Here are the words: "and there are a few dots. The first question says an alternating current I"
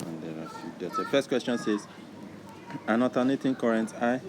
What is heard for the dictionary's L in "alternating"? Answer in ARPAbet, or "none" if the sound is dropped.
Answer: none